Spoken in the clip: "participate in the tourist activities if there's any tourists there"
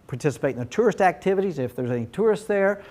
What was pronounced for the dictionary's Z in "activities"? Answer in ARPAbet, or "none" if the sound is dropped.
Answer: Z